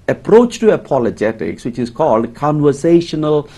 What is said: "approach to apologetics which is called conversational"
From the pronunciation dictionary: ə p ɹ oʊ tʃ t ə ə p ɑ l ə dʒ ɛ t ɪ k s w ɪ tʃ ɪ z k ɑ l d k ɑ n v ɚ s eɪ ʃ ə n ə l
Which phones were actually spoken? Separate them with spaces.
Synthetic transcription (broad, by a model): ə p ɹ oʊ tʃ t ə ə p ɑ l ə dʒ ɛ t ɪ k s w ɪ tʃ ɪ z k ɑ l d k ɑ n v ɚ s eɪ ʃ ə n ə l